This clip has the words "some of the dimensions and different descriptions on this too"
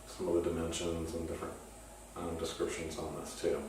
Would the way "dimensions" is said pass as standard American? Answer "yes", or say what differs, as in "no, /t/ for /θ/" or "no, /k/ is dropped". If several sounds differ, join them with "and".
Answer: yes